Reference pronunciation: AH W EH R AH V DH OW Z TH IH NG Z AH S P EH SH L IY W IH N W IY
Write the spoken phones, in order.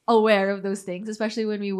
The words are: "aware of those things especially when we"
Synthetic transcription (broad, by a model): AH W EH R AH V DH OW Z TH IH NG Z AH S P EH SH L IY W IH N W IY